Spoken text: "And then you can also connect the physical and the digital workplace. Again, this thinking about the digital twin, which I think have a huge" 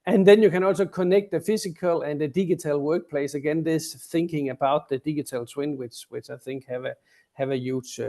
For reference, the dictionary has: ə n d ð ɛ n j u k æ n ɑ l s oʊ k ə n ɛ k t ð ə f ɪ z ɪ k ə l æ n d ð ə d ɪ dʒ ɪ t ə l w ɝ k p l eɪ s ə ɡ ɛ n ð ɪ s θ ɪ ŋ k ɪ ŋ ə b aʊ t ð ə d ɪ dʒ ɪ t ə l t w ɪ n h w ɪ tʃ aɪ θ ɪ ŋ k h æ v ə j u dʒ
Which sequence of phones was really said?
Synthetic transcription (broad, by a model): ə n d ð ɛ n j u k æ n ɑ l s oʊ k ə n ɛ k t ð ə f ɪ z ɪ k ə l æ n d ð ə d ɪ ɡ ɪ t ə l w ɝ k p l eɪ s ə ɡ ɛ n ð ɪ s θ ɪ ŋ k ɪ ŋ ə b aʊ t ð ə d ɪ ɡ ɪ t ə l s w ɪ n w w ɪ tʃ aɪ θ ɪ ŋ k h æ v ə j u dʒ